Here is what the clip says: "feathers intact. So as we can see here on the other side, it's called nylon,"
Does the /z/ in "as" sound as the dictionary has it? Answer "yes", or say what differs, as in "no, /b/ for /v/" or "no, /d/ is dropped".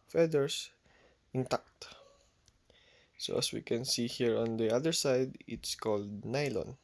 no, /s/ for /z/